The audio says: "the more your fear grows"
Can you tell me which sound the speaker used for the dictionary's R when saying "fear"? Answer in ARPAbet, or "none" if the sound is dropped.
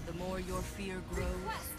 R